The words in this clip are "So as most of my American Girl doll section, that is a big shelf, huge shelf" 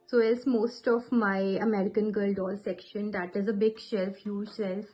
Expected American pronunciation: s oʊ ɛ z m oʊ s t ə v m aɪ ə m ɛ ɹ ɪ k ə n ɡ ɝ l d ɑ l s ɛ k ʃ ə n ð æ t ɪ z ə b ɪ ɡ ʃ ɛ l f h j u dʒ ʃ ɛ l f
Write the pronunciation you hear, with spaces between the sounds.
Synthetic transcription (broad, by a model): s oʊ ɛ s m oʊ s t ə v m aɪ ə m ɛ ɹ ɪ k ə n ɡ ɝ l d ɑ l s ɛ k ʃ ə n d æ t ɪ z ə b ɪ ɡ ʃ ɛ l f h j u dʒ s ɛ l f